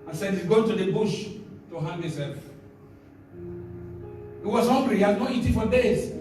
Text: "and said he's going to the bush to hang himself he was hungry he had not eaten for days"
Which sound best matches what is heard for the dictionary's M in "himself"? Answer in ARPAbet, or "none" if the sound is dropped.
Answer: none